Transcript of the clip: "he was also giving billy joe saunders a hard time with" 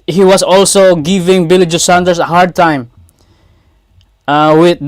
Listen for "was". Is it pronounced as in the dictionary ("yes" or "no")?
no